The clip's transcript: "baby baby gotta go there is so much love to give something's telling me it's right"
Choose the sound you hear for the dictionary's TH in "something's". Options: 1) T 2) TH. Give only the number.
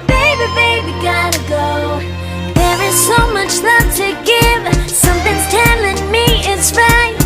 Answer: 2